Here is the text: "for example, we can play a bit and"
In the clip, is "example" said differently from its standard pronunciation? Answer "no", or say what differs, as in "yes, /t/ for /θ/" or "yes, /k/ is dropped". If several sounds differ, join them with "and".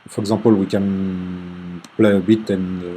yes, /m/ is dropped